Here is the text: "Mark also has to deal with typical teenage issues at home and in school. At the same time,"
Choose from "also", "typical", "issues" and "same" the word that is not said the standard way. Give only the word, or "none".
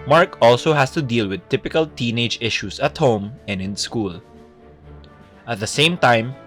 issues